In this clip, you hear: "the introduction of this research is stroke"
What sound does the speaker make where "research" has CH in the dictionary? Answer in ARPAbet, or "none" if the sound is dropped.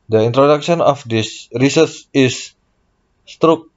S